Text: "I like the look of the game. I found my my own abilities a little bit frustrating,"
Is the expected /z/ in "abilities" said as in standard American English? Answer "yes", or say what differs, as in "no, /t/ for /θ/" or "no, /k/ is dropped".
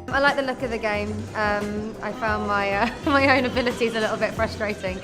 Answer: yes